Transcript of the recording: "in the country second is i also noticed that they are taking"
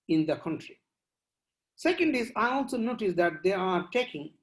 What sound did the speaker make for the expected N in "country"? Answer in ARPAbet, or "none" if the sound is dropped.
N